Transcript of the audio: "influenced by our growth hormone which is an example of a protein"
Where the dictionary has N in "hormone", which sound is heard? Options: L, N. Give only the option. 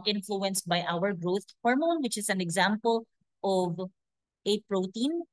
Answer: N